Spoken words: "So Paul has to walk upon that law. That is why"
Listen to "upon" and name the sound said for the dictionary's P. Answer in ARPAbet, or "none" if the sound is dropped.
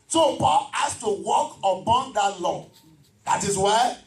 B